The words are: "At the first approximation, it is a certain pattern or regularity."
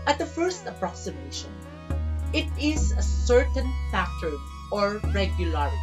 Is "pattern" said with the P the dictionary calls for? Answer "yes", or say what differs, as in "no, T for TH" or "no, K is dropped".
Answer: no, F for P